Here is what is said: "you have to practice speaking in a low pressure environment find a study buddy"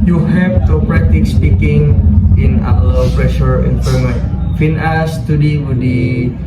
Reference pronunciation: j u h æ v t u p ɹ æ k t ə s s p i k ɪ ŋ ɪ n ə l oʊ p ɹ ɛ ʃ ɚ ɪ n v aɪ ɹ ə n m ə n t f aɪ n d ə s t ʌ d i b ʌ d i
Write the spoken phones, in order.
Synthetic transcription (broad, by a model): j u h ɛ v t u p ɹ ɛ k t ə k s p i k ɪ ŋ ɪ n ə w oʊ p ɹ ɛ ʃ ɚ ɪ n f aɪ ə m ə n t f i n ə s t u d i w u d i